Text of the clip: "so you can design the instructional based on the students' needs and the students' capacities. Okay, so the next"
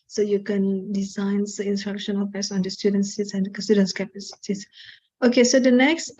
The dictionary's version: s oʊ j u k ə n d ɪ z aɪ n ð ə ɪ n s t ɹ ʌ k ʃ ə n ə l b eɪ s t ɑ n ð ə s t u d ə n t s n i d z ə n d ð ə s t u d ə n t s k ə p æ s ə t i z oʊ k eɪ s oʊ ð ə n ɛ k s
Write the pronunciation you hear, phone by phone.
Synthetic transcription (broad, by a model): s oʊ j u k ə n d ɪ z aɪ n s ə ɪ n s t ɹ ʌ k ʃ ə n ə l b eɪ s ɑ n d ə s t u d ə n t s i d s ə n d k s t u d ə n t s k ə p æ s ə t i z oʊ k eɪ s oʊ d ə n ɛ k s